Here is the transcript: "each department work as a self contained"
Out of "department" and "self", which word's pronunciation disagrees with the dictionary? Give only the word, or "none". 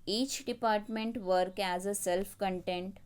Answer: none